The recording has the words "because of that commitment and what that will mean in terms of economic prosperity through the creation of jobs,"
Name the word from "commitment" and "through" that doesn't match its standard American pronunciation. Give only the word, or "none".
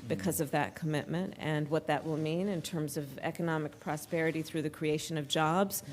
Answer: none